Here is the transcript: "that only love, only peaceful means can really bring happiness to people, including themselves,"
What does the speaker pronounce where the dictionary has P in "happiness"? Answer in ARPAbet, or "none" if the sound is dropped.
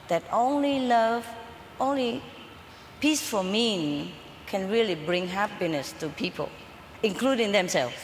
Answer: P